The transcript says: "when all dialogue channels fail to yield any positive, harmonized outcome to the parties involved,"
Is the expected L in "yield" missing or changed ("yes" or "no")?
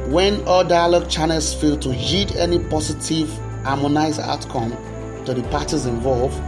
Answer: yes